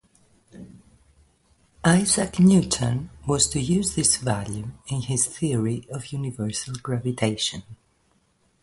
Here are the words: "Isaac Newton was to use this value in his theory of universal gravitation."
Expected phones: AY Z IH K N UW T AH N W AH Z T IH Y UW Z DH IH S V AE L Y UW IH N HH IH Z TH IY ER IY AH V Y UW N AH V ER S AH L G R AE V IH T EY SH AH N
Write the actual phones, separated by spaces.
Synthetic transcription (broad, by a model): AY Z IH K N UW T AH N W AH Z T IH Y UW Z DH IH S V AE L Y UW IH N HH IH Z TH IY ER IY AH V Y UW N AH V ER S AH L G R AE V IH T EY SH AH N